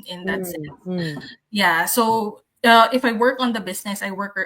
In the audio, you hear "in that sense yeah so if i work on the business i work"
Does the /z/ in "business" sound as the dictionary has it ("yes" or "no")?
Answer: no